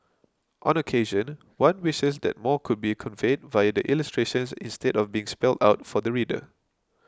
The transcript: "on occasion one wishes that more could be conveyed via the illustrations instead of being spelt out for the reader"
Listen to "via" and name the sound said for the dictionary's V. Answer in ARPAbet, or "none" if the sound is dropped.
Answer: V